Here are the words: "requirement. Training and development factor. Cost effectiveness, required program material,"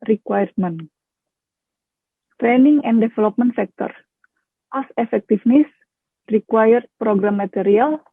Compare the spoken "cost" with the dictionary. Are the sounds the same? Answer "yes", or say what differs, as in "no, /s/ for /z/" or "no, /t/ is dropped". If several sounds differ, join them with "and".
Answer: no, /t/ is dropped